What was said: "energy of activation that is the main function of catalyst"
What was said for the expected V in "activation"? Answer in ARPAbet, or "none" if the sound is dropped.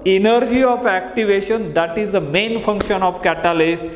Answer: V